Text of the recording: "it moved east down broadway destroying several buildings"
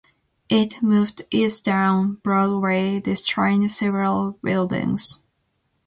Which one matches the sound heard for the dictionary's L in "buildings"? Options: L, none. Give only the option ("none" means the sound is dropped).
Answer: L